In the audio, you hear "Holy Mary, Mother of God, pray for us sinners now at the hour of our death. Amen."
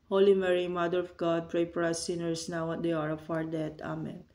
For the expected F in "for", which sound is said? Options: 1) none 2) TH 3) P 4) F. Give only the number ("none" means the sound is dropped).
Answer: 3